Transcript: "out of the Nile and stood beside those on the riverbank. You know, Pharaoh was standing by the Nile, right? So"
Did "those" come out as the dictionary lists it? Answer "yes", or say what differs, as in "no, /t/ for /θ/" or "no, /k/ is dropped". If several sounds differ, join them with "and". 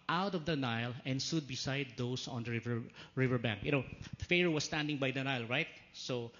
no, /s/ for /z/